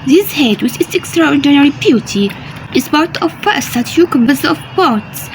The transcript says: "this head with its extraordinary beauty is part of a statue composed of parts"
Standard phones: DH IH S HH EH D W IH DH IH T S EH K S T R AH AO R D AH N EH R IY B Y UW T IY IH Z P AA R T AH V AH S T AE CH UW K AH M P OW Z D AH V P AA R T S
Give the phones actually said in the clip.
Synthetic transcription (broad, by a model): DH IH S HH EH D W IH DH IH T S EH K S T R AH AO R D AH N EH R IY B Y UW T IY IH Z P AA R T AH P AH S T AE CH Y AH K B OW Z AH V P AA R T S